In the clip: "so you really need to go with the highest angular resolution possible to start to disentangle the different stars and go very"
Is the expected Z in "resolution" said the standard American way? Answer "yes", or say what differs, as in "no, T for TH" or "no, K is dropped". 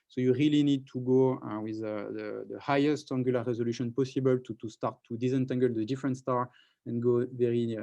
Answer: yes